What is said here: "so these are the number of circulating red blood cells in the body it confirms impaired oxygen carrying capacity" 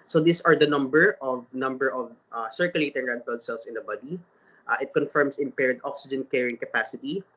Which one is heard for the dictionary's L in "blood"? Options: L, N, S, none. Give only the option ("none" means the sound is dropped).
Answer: none